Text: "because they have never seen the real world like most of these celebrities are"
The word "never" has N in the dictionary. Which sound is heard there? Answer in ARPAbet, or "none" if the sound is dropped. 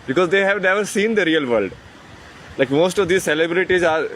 N